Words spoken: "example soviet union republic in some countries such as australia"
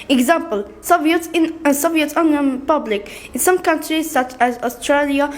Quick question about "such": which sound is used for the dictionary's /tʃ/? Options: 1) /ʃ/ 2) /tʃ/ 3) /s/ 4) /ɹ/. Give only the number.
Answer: 2